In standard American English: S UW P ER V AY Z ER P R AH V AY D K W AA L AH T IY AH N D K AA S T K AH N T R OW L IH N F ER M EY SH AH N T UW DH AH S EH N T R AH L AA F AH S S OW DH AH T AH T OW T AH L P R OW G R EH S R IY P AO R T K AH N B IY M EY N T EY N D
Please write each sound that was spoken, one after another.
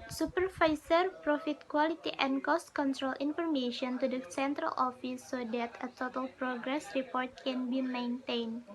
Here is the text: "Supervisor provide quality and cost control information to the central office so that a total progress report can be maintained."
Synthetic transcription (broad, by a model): S UW P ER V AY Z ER P R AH F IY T K W AA L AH T IY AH N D K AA S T K AH N T R OW L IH N F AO M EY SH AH N T UW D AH S EH N T R AH L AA F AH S S OW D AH T AH T OW T AH L P R OW G R EH S R IY P AO R T K AH N B IY M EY N T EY N